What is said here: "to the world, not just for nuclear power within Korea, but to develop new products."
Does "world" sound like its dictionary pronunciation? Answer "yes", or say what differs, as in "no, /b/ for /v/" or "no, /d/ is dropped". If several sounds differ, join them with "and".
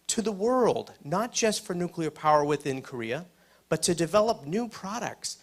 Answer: yes